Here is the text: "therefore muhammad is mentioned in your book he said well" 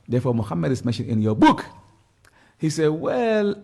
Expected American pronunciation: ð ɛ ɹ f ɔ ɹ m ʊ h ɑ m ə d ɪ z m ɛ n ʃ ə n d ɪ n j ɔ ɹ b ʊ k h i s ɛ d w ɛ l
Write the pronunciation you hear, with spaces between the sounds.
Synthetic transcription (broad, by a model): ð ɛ f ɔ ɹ m ʊ h ɑ m ə d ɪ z m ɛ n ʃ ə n ɪ n j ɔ b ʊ k h i s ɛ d w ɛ l